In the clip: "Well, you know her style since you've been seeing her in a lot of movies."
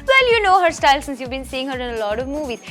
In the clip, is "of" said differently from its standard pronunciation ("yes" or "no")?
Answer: no